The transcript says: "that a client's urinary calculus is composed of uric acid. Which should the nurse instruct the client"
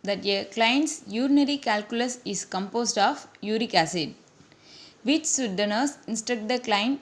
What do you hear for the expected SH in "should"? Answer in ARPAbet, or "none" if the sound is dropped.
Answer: S